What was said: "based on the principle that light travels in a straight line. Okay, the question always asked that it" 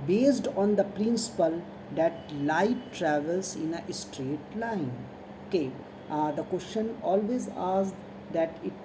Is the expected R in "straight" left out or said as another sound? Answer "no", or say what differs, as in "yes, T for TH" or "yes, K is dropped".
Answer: no